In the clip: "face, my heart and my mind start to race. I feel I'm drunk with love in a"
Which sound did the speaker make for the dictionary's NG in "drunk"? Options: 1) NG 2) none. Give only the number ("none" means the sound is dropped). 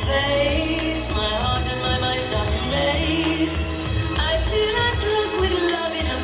2